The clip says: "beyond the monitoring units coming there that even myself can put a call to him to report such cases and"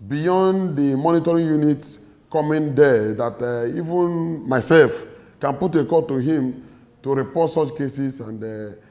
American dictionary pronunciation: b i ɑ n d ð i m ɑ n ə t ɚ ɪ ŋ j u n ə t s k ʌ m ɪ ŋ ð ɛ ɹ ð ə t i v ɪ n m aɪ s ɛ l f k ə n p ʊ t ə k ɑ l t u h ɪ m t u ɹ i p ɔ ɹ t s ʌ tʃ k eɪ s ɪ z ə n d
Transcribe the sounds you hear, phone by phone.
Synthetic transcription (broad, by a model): b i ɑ n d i m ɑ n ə t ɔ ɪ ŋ j u n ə t k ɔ m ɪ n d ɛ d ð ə t i v ɪ n m aɪ s ɛ l f k ə n p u t ə k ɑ t u h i m t u ɹ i p ɔ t s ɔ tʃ k eɪ s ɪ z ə n d